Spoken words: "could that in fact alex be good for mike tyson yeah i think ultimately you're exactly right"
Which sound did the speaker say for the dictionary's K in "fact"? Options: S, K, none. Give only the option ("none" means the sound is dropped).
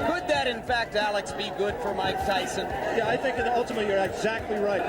K